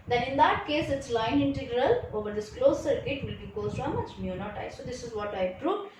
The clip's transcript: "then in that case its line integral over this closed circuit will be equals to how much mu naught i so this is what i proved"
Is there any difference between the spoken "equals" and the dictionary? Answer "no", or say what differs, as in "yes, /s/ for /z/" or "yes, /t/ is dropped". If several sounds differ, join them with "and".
yes, /l/ is dropped